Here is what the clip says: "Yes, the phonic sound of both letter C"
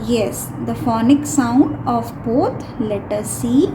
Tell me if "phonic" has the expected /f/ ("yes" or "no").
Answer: yes